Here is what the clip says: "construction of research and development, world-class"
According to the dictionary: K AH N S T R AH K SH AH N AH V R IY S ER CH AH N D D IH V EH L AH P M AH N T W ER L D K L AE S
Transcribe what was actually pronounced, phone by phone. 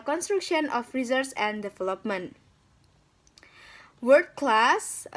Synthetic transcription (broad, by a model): K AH N S T R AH K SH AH N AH F R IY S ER S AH N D D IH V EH L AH P M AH N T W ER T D K L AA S